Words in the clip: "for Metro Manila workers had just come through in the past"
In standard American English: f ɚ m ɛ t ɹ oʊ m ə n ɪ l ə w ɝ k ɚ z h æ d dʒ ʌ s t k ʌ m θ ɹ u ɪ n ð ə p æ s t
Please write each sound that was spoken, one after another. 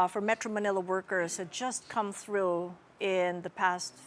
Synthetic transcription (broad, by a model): f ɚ m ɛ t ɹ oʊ m ə n ɪ l ə w ɝ k ɚ z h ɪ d dʒ ʌ s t k ʌ m θ ɹ u ɪ n ð ə p æ s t